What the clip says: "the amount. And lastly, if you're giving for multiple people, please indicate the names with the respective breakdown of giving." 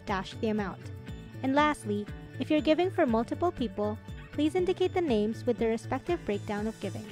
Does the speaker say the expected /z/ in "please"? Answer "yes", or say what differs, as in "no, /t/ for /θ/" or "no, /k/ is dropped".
yes